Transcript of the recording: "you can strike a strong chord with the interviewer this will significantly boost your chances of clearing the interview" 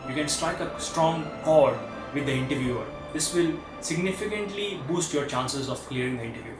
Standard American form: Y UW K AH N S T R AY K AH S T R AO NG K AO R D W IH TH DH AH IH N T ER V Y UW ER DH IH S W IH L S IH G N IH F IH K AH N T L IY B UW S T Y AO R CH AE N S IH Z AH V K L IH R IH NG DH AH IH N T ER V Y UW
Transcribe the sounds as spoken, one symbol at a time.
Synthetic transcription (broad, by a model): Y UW K AH N S T R AY K AH S T R AO NG K AO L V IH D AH IH N T ER V Y UW ER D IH S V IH L S IH G N IH F IH K AH N T L IY B UW S T Y AO R CH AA N S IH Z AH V K L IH R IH NG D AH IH N T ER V Y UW